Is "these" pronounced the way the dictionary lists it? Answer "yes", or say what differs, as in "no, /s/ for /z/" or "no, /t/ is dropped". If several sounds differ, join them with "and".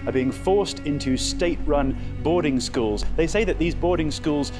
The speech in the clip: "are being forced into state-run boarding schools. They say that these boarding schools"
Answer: yes